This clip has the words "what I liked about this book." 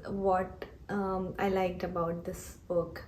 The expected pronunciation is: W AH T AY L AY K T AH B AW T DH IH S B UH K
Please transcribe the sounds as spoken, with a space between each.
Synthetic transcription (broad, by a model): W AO T AY L AY K T AH B AW T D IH S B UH K